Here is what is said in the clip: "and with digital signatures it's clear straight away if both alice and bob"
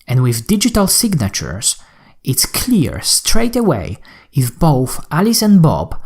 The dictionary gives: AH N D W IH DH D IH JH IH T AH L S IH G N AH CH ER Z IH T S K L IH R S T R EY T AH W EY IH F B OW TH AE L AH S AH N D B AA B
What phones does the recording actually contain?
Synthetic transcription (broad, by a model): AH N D W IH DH D IH JH IH T AH L S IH G N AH CH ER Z IH T S K L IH R S T R EY T AH W EY IH F B OW TH AE L AH S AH N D B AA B